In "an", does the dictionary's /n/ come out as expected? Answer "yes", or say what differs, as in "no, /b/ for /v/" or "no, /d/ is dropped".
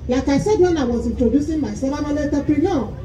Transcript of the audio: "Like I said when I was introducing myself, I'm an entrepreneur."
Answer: no, /l/ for /n/